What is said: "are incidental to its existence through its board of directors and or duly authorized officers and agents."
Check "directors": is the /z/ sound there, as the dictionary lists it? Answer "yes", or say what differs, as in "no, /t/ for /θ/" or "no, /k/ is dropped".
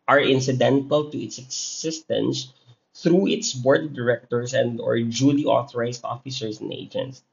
no, /s/ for /z/